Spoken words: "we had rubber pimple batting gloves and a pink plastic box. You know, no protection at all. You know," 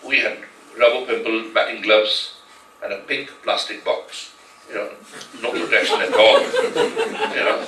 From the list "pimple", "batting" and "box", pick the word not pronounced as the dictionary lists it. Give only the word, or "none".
none